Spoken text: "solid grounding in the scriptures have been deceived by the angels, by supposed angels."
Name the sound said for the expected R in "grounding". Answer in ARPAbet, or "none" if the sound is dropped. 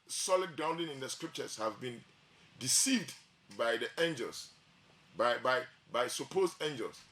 none